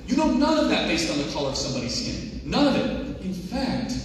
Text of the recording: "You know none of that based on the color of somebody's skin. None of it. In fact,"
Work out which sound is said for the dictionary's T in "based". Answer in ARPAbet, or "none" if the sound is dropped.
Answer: T